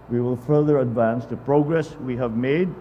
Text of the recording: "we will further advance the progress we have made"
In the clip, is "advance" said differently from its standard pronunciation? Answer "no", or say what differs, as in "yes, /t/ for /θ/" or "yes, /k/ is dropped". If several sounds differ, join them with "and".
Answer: no